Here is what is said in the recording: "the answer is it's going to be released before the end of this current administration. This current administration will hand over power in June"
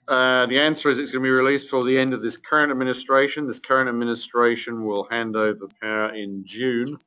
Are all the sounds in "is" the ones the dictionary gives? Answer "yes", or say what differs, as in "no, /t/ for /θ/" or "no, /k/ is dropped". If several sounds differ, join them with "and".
yes